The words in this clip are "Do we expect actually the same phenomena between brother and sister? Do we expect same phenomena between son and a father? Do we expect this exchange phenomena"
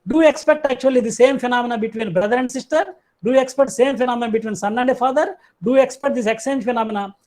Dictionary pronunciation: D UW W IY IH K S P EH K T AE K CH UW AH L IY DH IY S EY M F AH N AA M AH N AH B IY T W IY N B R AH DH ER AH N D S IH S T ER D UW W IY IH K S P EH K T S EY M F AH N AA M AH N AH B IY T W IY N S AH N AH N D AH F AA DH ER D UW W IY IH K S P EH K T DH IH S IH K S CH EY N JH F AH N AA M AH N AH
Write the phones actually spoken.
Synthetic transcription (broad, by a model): D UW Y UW IH K S P EH K T AE K CH UW AH L IY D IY S EY M F AH N AA M AH N AH B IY T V IY N B R AH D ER AH N D S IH S T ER D UW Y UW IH K S P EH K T S EY M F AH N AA M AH N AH B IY T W IY N S AH N AH N D AH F AA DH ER D UW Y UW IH K S P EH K T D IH S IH K S EY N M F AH N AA M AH N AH